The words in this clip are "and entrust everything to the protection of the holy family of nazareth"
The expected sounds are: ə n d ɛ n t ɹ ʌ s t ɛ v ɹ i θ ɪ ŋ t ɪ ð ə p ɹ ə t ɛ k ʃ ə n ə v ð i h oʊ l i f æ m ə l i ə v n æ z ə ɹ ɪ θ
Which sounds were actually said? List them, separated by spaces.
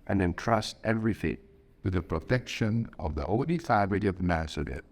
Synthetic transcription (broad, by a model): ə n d ɛ n t ɹ ʌ s t ɛ v ɹ i f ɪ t t ɪ ð ə p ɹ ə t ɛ k ʃ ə n ə v ð i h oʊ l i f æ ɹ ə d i ə v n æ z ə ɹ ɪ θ